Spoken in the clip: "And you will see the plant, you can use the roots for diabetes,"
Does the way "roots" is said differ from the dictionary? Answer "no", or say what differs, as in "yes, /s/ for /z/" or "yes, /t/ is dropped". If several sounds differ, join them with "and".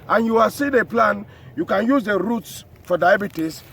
no